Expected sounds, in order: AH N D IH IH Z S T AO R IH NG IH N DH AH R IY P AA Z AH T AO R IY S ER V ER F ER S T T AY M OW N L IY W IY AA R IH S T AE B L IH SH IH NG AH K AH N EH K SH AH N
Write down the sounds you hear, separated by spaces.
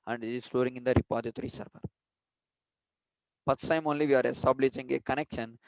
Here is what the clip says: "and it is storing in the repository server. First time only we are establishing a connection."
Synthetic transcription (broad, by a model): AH N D IH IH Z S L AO R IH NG IH N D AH R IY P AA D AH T R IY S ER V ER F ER T S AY M OW N L IY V IY AA R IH S T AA B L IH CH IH NG AH K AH N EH K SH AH N